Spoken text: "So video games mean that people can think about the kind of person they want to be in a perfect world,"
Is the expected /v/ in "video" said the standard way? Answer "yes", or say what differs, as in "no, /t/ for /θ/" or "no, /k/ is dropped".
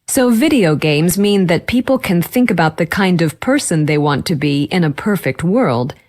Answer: yes